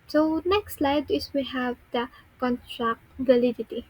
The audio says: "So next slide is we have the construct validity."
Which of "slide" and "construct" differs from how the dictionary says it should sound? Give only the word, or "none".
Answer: construct